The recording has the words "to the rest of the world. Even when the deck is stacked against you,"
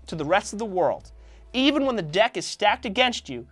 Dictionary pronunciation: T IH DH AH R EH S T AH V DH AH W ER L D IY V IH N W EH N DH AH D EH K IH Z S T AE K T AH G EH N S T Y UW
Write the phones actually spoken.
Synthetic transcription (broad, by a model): T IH DH AH R EH S T AH V DH AH W ER L D IY V IH N W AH N DH AH D EH K IH Z S T AE K T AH G EH N S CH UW